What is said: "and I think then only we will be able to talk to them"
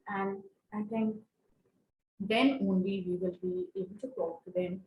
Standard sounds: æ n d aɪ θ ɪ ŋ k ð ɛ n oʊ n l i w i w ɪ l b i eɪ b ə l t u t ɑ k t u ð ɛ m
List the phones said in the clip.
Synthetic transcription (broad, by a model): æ n d aɪ t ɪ ŋ k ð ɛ n oʊ n l i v i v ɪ l b i eɪ b ə l t u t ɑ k t u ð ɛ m